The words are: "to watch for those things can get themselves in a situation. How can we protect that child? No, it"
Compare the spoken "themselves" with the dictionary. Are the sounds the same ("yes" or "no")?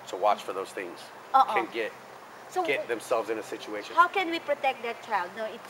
yes